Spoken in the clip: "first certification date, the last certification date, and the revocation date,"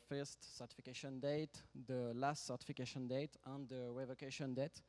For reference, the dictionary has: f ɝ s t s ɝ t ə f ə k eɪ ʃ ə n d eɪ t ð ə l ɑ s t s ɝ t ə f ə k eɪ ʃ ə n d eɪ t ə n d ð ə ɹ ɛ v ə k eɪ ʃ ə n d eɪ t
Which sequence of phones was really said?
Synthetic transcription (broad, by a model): f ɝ s t s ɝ t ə f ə k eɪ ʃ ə n d eɪ t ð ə l ɑ s t s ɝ t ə f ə k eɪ ʃ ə n d eɪ t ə n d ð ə w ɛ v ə k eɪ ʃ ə n d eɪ t